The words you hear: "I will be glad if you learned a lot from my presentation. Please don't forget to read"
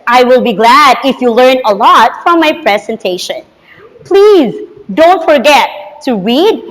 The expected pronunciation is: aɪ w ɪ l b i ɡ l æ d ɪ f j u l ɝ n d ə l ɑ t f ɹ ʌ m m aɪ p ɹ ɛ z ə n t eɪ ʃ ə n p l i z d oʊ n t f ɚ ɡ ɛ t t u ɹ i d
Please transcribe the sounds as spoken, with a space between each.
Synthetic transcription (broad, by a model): aɪ w ɪ l b i ɡ l æ d ɪ f j u l ɝ n ə l ɑ t f ɹ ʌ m m aɪ p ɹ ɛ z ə n t eɪ ʃ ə n p l i z d oʊ n t f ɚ ɡ ɛ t t u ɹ i d